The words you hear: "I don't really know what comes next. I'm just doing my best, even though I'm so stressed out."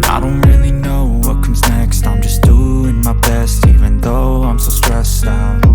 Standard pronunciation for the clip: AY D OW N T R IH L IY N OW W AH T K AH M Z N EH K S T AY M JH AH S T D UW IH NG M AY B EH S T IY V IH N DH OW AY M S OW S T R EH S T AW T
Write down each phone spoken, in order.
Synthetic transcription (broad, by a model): AY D OW N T R IH L IY N OW W AH T K AH M Z N EH K S T AY M JH AH S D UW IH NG M AY B EH S T IY V IH N DH OW AY M S OW S T R EH S T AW